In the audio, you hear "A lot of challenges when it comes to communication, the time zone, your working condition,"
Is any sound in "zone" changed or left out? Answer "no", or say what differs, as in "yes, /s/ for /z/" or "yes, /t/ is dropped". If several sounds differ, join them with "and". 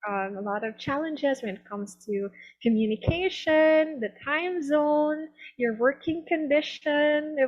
no